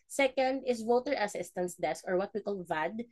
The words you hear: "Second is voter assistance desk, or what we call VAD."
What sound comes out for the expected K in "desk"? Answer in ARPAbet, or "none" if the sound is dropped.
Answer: K